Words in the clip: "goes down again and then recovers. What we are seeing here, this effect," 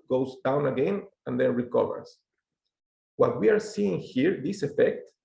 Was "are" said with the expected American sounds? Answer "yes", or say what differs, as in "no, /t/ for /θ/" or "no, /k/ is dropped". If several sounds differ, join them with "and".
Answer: yes